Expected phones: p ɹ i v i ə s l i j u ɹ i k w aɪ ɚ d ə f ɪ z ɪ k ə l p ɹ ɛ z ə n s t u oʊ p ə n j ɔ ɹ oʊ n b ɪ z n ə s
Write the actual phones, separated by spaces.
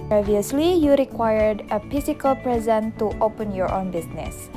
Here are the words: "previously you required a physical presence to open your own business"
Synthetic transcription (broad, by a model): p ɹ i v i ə s l i j u ɹ i k w aɪ ɚ d ə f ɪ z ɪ k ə l p ɹ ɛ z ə n t u oʊ p ə n j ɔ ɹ oʊ n b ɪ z n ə s